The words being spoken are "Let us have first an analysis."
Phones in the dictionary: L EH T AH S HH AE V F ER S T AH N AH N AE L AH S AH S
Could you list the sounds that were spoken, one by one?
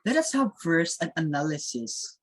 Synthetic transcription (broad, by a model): L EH T AH S HH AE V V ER S AH N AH N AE L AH S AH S